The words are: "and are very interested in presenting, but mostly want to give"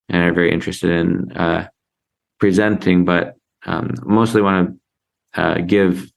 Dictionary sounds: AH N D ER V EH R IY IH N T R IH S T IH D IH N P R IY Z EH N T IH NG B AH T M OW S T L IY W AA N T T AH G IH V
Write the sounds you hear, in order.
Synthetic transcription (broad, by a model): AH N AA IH V EH R IY IH N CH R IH S T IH D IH N P R IY Z EH N T IH NG B AH T M OW S T L IY W AA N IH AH G IH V